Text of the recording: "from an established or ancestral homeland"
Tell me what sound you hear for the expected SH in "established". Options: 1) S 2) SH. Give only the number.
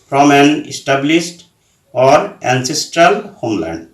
1